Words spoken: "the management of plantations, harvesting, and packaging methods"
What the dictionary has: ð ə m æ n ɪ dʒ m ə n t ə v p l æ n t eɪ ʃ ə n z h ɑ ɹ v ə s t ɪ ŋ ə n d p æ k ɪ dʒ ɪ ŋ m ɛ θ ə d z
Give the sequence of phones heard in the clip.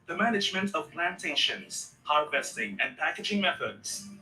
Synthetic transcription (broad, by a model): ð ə m æ n ɪ dʒ m ə n t ə v p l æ n t eɪ ʃ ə n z h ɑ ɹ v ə s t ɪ ŋ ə n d p æ k ɪ dʒ ɪ ŋ m ɛ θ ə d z